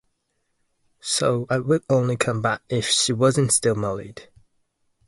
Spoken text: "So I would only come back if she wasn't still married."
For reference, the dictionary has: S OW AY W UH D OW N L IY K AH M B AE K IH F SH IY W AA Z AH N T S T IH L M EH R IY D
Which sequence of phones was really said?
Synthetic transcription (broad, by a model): S OW AY W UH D OW N L IY K AH M B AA K IH F SH IY W AA Z AH N T S T IH L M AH L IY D